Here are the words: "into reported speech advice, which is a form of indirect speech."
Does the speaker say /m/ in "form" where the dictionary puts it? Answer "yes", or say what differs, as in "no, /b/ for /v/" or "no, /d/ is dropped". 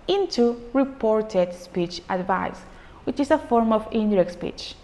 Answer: yes